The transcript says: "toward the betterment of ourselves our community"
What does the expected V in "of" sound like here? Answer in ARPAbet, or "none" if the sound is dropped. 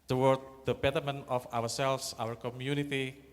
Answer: W